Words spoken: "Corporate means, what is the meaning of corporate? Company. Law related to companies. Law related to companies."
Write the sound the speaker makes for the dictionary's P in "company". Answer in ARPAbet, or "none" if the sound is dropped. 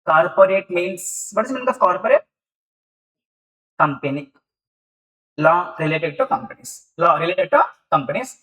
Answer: P